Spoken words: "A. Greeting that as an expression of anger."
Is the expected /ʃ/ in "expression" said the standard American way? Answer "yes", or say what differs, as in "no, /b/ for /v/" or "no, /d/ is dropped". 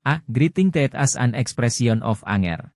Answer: no, /s/ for /ʃ/